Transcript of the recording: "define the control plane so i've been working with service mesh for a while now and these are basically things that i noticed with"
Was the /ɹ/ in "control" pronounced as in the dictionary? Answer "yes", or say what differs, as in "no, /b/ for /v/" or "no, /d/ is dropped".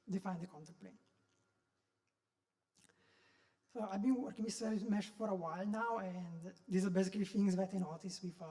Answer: no, /ɹ/ is dropped